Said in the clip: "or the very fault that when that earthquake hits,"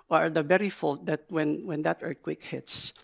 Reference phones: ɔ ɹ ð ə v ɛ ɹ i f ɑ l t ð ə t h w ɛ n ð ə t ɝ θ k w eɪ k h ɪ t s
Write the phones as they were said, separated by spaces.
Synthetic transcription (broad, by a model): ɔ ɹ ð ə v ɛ ɹ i f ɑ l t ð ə t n w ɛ n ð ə t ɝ t k w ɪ k h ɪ t s